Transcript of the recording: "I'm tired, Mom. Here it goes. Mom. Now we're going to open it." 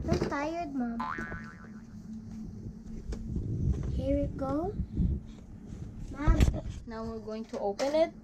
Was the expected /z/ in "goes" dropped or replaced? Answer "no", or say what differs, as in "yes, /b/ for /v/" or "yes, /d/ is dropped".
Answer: yes, /z/ is dropped